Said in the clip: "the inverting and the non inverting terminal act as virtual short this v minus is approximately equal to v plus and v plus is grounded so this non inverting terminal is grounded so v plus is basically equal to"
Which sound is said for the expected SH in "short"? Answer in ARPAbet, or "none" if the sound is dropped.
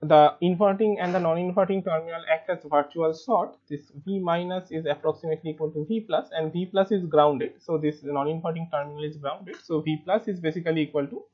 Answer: S